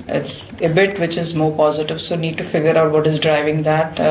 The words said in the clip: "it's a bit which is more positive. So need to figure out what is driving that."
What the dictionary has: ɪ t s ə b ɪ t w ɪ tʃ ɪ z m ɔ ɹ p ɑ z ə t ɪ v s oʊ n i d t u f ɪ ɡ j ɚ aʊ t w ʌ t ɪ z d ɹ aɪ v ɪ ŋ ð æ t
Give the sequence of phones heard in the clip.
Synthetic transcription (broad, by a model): ɪ t s ə b ɪ t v ɪ tʃ ɪ z m ɔ ɹ p ɑ z ə t ɪ v s oʊ n i d t u f ɪ ɡ j ɚ aʊ t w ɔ t ɪ z d ɹ aɪ v ɪ ŋ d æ t